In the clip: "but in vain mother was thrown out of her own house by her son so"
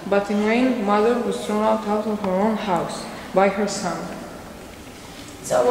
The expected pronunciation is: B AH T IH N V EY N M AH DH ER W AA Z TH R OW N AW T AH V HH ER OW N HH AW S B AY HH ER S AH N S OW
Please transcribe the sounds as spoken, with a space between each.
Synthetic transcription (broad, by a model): B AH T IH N W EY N M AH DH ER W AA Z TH R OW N AW T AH W HH ER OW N HH AW S B AY HH ER S AH N